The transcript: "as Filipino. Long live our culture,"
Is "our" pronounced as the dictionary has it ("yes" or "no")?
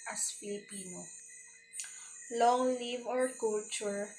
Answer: yes